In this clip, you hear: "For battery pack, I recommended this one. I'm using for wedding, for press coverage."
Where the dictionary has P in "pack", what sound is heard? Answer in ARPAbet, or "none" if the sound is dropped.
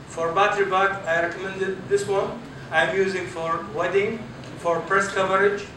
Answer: B